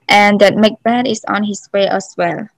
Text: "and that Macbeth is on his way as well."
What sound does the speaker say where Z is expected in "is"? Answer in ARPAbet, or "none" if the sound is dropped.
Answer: S